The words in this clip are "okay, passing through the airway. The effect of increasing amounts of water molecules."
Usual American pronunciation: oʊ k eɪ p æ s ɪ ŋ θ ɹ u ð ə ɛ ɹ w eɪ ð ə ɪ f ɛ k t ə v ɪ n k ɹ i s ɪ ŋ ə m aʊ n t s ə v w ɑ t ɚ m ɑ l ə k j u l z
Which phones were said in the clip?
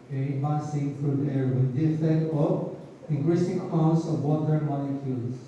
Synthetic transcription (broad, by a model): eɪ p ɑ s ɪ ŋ f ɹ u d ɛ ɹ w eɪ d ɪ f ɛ t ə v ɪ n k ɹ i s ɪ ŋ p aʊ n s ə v w ɑ t ɚ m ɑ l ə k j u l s